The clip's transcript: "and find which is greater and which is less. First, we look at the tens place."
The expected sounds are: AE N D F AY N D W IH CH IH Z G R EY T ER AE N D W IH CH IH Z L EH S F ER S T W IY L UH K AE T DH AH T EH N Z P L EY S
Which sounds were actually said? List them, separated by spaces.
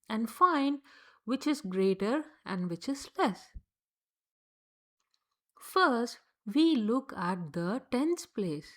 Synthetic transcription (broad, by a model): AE N D F AY N D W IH CH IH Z G R EY T ER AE N D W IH CH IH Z L EH S F ER S T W IY L UH K AE T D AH T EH N S P L EY S